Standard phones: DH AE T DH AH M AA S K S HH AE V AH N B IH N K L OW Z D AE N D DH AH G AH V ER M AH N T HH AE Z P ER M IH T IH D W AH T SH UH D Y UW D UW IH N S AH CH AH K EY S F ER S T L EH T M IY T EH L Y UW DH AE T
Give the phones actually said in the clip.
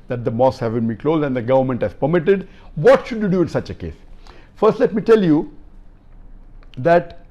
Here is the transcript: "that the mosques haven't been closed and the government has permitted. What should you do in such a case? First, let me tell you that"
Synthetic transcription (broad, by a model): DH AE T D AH M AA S S HH AE V AH N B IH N K L OW Z D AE N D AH G AH V ER M AH N T HH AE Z P ER M IH T IH D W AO T SH UH D Y UW D UW IH N S AH CH AH K EY S F ER S T L EH T M IY T EH L Y UW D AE T